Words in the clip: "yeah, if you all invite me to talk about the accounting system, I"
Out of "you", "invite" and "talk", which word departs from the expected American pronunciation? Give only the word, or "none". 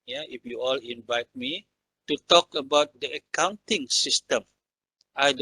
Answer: none